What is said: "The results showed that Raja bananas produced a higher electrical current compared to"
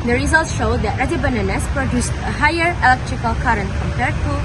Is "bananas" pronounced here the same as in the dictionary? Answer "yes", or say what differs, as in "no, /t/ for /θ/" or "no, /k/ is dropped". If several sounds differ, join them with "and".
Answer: no, /s/ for /z/